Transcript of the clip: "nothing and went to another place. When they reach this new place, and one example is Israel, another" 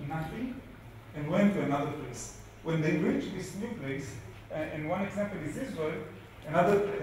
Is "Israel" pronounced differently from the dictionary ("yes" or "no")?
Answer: yes